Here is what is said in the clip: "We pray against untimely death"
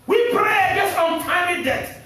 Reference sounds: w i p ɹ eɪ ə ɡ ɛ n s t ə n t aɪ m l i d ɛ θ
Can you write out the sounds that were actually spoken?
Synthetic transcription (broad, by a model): w i p ɹ eɪ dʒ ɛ s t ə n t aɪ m i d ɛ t